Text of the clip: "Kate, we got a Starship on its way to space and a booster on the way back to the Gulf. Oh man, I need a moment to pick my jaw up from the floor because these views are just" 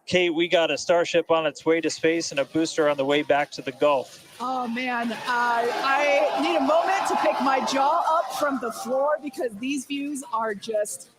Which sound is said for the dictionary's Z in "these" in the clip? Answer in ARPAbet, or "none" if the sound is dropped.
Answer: Z